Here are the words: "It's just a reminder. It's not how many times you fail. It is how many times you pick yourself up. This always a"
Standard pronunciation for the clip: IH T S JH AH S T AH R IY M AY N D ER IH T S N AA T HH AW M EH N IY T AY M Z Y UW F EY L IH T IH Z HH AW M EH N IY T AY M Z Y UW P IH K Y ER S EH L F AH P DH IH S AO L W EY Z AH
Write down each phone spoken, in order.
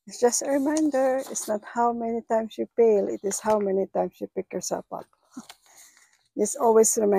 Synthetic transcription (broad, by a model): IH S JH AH S T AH R IY M AY N D ER IH T S N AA T HH AW M EH N IY T AY M S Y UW P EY L IH T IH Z HH AW M EH N IY T AY M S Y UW P IH K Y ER S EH L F AH P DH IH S AO L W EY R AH